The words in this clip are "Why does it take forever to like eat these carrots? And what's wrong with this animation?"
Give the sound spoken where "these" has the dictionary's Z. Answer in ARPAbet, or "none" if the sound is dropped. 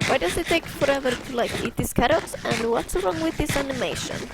S